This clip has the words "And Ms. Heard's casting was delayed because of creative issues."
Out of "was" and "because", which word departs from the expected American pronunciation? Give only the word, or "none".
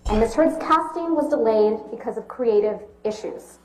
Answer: none